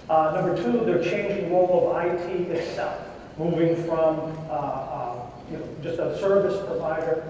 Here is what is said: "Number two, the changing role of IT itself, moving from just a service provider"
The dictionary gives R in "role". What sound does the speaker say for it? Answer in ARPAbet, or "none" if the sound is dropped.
L